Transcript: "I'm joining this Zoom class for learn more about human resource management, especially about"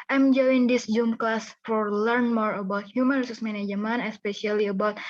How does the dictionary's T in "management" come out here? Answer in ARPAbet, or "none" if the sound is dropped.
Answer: none